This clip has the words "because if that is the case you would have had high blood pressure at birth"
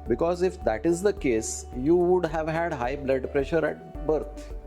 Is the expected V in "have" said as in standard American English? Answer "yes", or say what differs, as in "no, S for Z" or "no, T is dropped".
yes